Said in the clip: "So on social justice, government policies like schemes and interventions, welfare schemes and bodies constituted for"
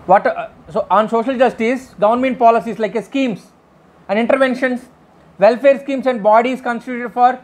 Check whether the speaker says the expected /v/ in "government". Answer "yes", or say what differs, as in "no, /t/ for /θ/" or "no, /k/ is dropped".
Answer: no, /v/ is dropped